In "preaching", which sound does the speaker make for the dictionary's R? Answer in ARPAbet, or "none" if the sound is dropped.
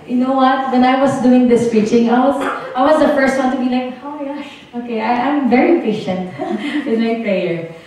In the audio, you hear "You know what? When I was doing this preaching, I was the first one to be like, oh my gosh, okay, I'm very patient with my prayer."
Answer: none